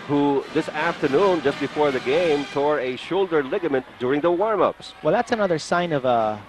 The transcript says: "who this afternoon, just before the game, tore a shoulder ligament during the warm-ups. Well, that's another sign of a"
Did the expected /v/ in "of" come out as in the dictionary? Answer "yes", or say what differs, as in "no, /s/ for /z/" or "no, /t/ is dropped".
yes